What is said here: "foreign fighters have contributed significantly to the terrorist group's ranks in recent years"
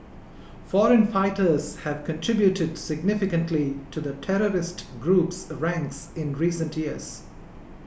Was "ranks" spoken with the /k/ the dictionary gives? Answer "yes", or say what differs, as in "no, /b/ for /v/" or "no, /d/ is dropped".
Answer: yes